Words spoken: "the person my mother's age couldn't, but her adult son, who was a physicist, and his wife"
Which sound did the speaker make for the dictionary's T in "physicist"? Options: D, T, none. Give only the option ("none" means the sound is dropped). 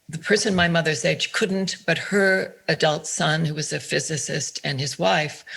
T